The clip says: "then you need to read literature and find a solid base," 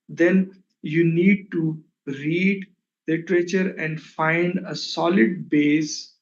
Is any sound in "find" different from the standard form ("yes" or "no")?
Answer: no